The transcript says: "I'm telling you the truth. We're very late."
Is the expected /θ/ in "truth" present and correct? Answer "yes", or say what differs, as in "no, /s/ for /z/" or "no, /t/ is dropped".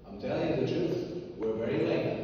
no, /s/ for /θ/